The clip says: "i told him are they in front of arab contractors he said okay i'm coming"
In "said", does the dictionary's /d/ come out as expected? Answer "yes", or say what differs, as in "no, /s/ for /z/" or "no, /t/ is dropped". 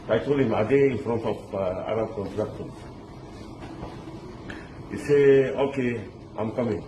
no, /d/ is dropped